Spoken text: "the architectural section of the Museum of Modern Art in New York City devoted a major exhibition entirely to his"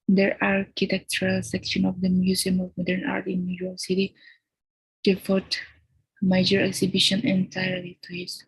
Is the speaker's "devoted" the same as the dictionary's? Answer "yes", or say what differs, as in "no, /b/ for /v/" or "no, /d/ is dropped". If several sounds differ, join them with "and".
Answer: no, /f/ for /v/